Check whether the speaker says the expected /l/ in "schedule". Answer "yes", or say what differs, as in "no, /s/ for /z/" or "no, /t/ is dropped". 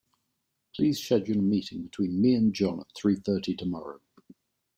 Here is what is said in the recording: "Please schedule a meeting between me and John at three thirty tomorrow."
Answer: no, /n/ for /l/